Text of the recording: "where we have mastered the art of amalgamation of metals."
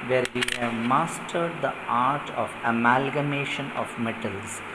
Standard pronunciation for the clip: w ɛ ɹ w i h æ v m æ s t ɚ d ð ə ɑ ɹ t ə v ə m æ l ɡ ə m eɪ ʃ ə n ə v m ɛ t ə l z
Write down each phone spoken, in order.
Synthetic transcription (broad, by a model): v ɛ ɹ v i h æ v m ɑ s t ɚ d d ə ɑ ɹ t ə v ə m æ l ɡ ə m eɪ ʃ ə n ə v m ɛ t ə l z